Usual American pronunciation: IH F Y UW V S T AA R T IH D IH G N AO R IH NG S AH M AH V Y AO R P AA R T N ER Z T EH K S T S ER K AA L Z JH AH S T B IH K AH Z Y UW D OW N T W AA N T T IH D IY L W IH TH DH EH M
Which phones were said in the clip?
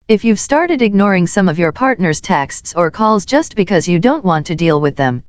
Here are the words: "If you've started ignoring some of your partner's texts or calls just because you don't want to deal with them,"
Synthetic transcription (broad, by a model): IH F Y UW V S T AA R T IH D IH G N AO R IH NG S AH M AH V Y AO R P AA R T N ER Z T EH K S T S ER K AA L Z JH AH S T B IH K AH Z Y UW D OW N T W AA N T T IH D IY L W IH DH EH M